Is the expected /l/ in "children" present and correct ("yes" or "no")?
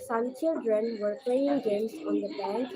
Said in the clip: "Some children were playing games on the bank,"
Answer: no